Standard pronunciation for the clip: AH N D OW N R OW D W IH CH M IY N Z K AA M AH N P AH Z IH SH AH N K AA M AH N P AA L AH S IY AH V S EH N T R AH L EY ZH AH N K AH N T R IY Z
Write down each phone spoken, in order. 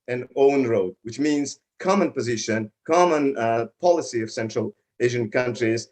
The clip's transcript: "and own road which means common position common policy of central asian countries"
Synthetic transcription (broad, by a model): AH N OW N R OW D W IH CH M IY N Z K AA M AH N P AH Z IH SH AH N K AA M AH N P AA L AH S IY AH V S EH N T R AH L EY ZH AH N K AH N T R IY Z